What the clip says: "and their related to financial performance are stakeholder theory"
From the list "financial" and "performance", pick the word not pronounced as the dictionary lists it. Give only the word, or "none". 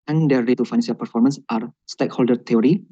financial